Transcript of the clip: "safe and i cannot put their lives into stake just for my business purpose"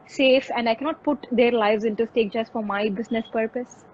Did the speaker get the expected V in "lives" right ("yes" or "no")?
yes